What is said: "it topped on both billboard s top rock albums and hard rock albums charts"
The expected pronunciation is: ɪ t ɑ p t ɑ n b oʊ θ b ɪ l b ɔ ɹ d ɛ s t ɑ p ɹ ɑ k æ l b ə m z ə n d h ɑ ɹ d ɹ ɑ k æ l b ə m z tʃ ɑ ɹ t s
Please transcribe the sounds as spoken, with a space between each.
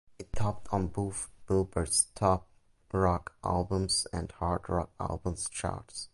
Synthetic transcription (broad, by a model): ɪ t ɑ p t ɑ n b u f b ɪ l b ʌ ɹ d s t ɑ p ɹ ɑ k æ l b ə m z ə n d h ɑ ɹ d ɹ ɑ k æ l b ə m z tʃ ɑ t s